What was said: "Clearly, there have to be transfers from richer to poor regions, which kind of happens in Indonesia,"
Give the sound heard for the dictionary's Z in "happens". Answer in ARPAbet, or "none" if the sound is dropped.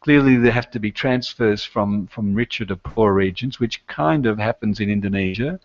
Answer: Z